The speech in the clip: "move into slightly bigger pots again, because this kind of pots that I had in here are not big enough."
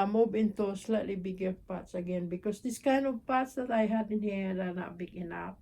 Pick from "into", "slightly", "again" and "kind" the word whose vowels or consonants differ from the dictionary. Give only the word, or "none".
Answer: kind